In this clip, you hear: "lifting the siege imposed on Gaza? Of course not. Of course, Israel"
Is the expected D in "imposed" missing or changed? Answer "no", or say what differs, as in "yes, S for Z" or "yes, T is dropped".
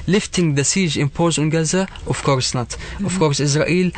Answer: yes, D is dropped